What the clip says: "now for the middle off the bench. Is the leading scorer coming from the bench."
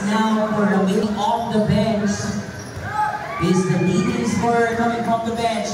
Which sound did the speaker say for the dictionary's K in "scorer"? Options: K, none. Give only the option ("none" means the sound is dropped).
none